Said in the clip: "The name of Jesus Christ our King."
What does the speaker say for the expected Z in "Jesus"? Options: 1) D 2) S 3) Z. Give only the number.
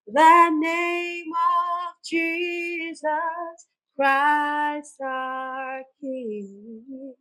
3